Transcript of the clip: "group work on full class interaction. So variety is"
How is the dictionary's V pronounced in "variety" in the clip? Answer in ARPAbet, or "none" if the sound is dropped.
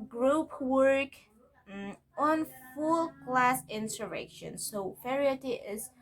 F